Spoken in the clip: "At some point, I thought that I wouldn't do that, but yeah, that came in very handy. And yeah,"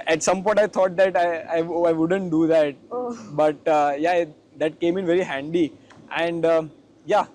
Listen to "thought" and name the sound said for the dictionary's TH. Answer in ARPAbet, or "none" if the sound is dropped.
T